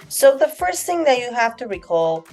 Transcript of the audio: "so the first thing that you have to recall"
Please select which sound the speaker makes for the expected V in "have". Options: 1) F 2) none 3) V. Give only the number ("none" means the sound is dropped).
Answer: 1